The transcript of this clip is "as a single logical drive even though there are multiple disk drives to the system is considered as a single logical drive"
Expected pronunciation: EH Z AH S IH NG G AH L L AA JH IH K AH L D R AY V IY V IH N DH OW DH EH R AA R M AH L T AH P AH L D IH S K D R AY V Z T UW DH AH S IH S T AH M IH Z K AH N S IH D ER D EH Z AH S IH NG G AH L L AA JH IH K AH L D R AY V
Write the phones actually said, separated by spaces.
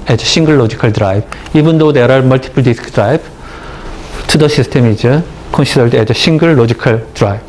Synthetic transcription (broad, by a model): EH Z AH SH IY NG G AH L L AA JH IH K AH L D R AY B IY B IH N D OW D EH R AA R M AH L T AH P AH L D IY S K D R AY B T UW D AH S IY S T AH M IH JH K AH N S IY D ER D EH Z AH SH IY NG G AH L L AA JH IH K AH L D R AY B